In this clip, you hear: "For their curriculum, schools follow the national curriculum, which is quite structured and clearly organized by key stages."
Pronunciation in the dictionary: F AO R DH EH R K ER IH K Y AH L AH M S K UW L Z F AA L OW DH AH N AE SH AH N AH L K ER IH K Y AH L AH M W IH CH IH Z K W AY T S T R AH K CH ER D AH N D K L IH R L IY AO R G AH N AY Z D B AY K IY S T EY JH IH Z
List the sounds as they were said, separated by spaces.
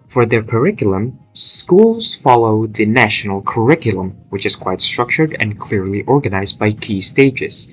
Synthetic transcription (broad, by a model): F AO R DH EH R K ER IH K Y L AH M S K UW L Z F AA L OW DH AH N AE SH AH N AH L K ER IH K Y AH L AH M W IH CH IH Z K W AY T S T R AH K CH ER D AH N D K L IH R L IY AO R G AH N AY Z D B AY K IY S T EY JH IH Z